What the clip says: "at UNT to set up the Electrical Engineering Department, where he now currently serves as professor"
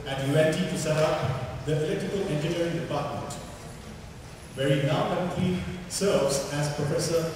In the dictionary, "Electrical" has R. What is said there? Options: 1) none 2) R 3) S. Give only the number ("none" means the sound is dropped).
1